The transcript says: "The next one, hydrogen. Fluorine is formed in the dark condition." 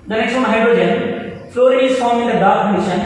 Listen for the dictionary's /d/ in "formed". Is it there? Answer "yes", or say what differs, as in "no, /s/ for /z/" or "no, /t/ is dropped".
no, /d/ is dropped